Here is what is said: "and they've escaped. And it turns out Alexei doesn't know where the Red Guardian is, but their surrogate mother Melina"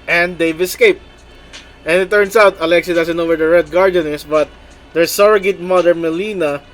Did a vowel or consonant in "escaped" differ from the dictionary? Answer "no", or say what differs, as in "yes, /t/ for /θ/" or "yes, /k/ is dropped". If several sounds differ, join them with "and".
no